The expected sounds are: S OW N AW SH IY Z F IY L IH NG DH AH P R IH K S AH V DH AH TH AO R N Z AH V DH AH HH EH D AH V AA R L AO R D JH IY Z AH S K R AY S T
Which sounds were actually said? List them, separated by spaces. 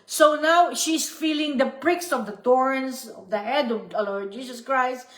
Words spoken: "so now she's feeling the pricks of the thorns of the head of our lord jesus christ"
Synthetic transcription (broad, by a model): S OW N AW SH IY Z F IY L IH NG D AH P R IH K S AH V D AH T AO R N S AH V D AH HH EH D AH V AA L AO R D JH IY S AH S K R AY S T